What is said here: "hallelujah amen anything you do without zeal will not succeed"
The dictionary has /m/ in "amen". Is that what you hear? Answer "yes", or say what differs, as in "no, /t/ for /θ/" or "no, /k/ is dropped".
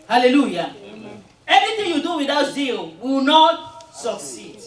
no, /m/ is dropped